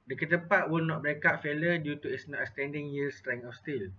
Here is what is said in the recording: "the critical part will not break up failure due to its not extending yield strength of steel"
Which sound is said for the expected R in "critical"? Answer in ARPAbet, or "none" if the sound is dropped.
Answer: none